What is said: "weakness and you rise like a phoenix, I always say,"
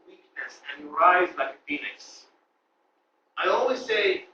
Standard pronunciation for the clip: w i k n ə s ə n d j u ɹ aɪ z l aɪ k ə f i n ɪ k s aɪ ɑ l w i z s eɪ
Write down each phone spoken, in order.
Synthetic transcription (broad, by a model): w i k n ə s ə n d j u ɹ aɪ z l aɪ k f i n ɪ s aɪ ɑ l w i z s eɪ